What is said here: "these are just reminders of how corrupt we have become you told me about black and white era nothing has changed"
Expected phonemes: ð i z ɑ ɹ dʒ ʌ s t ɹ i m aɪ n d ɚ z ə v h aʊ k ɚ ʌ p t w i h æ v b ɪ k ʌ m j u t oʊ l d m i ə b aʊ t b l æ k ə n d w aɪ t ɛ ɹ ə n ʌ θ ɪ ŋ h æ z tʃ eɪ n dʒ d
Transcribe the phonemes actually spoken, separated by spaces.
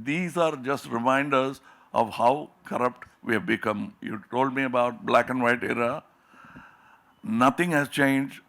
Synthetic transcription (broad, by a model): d i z ɑ ɹ dʒ ʌ s t ɹ i m aɪ n d ɚ z ə v h aʊ k ɚ ʌ p t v i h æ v b ɪ k ʌ m j u t oʊ l d m i ə b aʊ t b l æ k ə n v aɪ t ɛ ɹ ə n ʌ t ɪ ŋ h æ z tʃ eɪ n dʒ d